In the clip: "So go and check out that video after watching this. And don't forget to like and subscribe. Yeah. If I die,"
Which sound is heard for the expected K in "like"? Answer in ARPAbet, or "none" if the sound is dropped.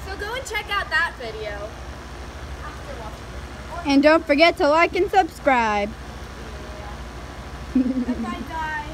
K